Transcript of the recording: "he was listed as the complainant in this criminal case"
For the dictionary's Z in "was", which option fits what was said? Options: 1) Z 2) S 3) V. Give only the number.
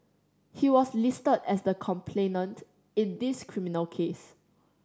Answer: 2